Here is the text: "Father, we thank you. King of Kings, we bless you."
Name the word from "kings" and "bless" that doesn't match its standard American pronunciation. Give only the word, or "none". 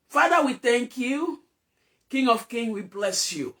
kings